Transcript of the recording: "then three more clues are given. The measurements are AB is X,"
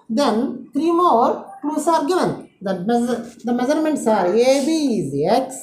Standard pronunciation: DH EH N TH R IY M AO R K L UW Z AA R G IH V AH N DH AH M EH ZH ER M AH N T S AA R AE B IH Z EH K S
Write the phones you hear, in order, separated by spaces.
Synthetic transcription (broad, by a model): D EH N T R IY M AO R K L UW S AA R G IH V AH N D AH M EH Z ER M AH N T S AA R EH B IH Z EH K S